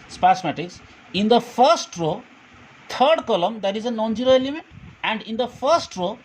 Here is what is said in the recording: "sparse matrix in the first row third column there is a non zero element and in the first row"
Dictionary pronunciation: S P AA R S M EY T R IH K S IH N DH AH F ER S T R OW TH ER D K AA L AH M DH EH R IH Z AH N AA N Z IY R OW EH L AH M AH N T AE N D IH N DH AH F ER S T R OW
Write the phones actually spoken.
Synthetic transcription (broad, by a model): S P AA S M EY T IH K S IH N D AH F ER S T R OW T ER D K AA L AH M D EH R IH Z AH N AA N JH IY R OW EH L AH M AH N T AE N D IH N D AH F ER S T R OW